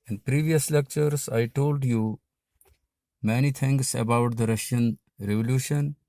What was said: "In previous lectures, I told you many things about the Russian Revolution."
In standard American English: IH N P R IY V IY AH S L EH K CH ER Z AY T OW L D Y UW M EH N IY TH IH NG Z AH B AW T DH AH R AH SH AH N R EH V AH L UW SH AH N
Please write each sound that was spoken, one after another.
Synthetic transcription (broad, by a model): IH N P R IY V IY AH S L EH K CH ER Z AY T OW L D Y UW M EH N IY T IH NG S AH B AW T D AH R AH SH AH N R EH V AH L UW SH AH N